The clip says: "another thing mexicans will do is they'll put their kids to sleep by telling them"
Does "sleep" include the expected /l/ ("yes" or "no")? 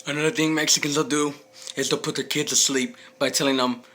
yes